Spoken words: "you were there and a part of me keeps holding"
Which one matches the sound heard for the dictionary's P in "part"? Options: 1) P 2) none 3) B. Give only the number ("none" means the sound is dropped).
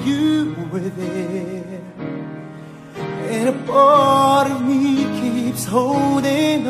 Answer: 3